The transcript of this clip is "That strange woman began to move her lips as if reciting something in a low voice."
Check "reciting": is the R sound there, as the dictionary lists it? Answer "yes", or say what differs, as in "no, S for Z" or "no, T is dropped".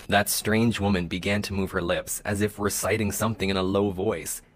no, W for R